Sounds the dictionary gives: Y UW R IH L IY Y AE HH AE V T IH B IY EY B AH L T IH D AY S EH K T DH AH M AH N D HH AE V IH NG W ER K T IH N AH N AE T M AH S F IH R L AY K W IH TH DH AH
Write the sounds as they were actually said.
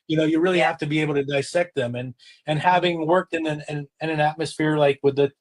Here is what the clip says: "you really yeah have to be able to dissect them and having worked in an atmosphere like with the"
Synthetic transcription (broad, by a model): Y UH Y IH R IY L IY HH AE F T IH B IY EY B L T IH D AY S EH K T DH AH M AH N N HH AE V IH NG W ER K T IH N AH N AE T M AH S F IH R L AY K W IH DH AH